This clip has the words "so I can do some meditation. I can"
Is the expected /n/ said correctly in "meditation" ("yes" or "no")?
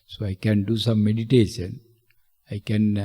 yes